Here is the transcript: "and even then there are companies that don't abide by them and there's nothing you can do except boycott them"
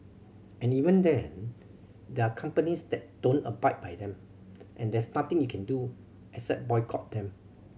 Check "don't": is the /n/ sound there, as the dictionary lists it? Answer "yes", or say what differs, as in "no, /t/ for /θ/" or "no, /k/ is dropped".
yes